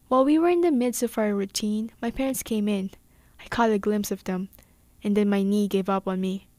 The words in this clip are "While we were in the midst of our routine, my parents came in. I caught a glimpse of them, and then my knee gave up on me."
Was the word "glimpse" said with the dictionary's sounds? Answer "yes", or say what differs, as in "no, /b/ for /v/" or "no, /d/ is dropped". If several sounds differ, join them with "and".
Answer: yes